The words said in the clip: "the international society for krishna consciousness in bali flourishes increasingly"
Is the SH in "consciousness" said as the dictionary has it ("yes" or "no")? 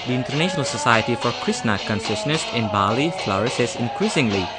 no